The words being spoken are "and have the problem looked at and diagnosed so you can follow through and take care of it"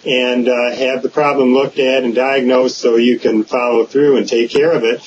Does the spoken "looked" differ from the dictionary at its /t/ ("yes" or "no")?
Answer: no